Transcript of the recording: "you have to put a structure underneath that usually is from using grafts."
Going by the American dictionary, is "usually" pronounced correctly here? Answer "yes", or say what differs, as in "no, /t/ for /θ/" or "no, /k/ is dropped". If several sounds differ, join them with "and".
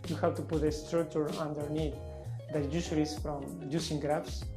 no, /s/ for /ʒ/